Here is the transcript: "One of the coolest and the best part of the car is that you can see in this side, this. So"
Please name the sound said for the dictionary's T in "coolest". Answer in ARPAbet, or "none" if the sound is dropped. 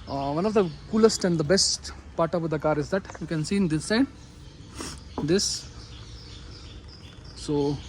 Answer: T